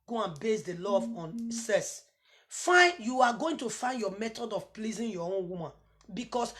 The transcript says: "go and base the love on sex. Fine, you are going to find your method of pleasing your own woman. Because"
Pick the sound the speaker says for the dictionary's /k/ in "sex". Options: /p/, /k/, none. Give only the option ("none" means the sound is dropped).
none